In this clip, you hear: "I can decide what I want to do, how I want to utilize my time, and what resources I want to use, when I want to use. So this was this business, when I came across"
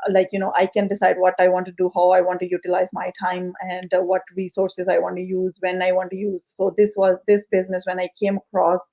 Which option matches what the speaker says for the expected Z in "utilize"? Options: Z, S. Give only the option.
Z